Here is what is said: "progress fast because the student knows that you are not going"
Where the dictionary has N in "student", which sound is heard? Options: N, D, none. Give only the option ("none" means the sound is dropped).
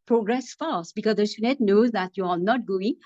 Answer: none